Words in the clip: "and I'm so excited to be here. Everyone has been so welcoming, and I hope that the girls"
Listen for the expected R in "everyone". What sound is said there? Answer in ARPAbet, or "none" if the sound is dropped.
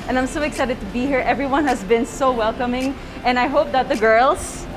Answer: R